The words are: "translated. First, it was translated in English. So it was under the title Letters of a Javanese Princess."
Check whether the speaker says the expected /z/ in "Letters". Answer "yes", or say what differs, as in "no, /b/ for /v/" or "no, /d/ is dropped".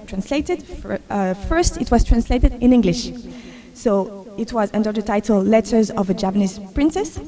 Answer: yes